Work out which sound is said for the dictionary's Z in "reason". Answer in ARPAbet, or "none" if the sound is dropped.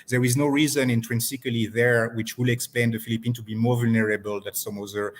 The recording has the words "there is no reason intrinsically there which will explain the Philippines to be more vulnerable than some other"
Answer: Z